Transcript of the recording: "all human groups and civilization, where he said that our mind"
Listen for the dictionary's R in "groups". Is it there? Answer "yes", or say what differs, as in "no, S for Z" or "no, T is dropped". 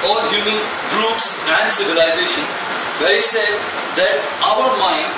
yes